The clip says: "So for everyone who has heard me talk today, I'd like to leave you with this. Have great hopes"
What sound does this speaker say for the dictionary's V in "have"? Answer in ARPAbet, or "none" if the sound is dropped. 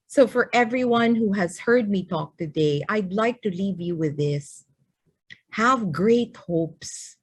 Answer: V